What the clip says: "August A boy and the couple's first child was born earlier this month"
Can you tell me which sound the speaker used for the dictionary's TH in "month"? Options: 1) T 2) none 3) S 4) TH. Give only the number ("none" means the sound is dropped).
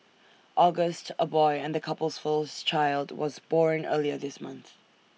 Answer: 4